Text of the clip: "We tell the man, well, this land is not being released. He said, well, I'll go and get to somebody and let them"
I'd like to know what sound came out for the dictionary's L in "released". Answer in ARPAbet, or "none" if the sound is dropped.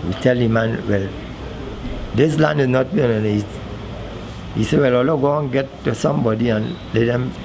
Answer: N